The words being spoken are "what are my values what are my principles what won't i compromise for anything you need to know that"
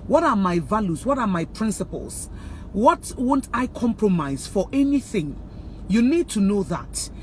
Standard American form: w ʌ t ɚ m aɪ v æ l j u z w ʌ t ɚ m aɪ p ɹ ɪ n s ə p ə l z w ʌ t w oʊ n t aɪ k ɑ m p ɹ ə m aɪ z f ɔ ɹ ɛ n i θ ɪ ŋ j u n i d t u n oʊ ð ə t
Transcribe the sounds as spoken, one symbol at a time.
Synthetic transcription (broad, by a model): w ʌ t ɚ m aɪ v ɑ l j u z w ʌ t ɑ m aɪ p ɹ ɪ n s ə p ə l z w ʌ t w oʊ n t aɪ k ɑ m p ɹ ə m aɪ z f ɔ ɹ ɛ n i θ ɪ ŋ j u n i d t u n oʊ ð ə t